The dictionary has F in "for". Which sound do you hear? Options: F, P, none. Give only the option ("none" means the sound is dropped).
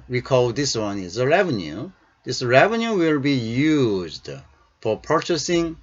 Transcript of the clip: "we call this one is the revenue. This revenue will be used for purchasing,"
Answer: F